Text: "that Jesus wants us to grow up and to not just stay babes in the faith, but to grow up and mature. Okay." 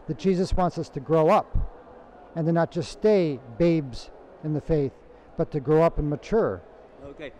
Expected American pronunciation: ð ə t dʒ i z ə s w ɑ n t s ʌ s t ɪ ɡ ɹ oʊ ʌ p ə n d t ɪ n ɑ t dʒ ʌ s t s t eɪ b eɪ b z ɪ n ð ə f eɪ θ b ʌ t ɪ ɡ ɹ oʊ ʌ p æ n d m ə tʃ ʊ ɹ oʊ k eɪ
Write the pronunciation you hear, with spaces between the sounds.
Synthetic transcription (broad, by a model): ð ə t dʒ i z ə s w ɑ n t s ʌ s t ɪ ɡ ɹ oʊ ʌ p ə n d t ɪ n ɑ t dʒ ʌ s s t eɪ b eɪ b z ɪ n ð ə f eɪ θ b ʌ t ɪ ɡ ɹ oʊ ʌ p n m ə tʃ ʊ ɹ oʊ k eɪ